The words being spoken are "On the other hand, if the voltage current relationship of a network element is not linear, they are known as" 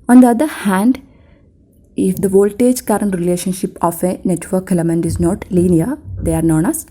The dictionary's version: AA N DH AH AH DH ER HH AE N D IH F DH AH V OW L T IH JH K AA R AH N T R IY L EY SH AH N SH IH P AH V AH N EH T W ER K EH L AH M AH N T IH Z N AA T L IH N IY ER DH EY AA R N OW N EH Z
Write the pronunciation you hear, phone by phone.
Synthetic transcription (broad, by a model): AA N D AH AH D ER HH AE N D IH F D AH V OW L T IH JH K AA R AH N T R IY L EY SH AH N SH IH P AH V AH N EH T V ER K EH L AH M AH N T IH Z N AA T L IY N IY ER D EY AA R N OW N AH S